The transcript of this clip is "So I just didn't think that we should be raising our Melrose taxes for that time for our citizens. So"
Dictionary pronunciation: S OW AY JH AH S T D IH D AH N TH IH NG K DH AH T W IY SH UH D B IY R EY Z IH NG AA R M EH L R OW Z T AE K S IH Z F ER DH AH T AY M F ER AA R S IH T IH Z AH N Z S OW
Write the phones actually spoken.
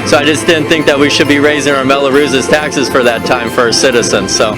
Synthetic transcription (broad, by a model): S OW AY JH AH S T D IH D N TH IH NG K DH AH T W IY SH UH D B IY R EY Z IH NG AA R M EH L R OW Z T AE K S IH Z F ER DH AH T AY M F ER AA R S IH T IH Z AH N Z S OW